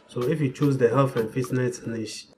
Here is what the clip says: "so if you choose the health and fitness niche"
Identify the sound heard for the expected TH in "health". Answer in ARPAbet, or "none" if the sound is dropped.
F